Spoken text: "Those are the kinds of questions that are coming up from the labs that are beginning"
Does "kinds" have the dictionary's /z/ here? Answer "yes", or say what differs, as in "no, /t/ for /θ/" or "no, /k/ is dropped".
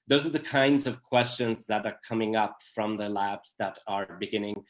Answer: yes